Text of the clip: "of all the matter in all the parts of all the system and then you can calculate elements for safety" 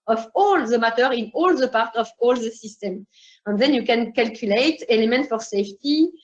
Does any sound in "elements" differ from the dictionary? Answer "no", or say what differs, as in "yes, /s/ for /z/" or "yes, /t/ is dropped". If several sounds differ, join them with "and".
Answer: yes, /s/ is dropped